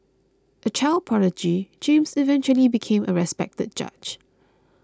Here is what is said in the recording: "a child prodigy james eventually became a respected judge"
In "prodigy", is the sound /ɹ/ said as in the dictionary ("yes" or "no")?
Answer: no